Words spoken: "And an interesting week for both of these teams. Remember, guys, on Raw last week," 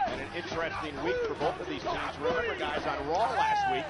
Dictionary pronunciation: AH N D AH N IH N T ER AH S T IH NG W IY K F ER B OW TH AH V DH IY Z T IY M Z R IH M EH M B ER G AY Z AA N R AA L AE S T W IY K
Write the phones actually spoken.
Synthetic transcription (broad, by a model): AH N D AH N IH N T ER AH S T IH NG W IY K F ER B OW TH AH V DH IY Z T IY Z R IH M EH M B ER G AY Z N R AA L AE S T W IY K